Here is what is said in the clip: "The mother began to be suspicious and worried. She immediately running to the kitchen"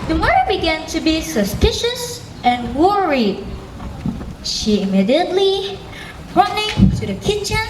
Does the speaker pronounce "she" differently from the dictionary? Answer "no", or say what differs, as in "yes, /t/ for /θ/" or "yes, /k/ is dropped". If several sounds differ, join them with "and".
no